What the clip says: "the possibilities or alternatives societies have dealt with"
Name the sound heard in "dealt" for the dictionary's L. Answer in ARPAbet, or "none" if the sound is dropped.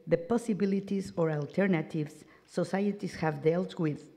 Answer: L